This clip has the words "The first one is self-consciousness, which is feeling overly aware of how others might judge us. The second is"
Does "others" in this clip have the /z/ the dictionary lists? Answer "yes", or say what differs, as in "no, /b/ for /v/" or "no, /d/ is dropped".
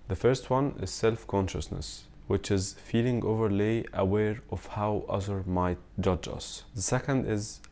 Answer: no, /z/ is dropped